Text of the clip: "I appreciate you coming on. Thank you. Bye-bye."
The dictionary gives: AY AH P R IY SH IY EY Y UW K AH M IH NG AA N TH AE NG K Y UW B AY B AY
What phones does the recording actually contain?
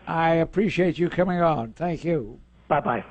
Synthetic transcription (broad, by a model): AY AH P R IY SH IY EY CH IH K AH M IH NG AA N TH AE NG K Y UW B AY B AY